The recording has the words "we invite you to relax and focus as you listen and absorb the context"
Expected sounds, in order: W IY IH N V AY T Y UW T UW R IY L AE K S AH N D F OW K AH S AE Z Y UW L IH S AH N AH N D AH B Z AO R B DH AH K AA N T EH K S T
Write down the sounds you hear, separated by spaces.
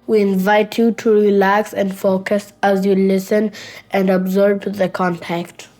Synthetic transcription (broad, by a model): W IY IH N V AY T Y UW T UW R IY L AE K S AH N D F OW K AH S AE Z Y UW L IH S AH N AH N D AH B Z AO R B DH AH K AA N T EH K T